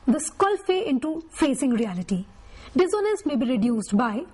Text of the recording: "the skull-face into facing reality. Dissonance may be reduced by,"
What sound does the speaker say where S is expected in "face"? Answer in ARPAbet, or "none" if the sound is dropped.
none